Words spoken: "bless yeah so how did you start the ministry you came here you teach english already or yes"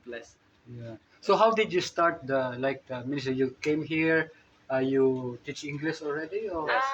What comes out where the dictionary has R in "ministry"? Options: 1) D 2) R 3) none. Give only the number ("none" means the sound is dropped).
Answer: 3